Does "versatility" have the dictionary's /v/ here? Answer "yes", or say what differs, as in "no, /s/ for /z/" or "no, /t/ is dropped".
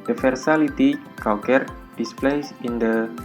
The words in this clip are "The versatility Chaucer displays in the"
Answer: no, /f/ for /v/